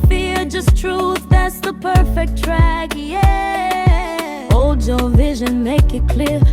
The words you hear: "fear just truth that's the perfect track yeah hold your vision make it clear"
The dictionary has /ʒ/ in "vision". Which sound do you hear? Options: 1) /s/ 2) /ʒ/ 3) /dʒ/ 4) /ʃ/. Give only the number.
2